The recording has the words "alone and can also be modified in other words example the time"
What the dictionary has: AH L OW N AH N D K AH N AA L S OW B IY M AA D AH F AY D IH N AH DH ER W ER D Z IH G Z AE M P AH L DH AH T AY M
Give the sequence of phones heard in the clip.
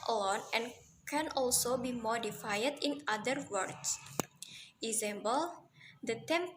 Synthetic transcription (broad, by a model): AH L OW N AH N K AH N AA L S OW B IY M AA D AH F AY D IH N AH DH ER W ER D S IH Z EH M B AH L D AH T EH M